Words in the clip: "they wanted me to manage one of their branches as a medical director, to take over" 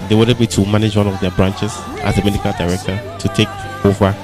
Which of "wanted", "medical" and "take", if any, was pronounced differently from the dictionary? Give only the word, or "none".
wanted